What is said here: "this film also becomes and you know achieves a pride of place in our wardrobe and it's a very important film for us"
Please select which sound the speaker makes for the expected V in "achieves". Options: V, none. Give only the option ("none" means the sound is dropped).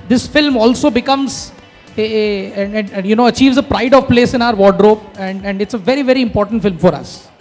V